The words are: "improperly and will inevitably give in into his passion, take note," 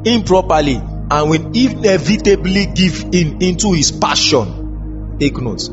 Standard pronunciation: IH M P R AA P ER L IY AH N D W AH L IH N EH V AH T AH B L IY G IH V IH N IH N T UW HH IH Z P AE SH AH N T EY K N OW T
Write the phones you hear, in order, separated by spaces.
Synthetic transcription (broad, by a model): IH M P R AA P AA L IY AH N W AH N IH N EH V AH T AH B L IY G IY V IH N IH N T UW HH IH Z P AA SH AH N T EY K N OW T